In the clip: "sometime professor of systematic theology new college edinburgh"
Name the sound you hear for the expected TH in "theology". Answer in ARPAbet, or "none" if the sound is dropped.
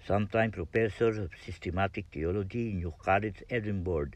T